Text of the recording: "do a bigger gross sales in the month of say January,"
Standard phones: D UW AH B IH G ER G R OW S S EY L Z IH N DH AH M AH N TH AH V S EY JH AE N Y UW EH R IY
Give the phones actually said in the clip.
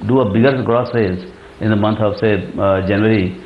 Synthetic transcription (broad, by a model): D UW AH B IH G ER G R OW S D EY Z IH N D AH M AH N T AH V S EY JH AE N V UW R IY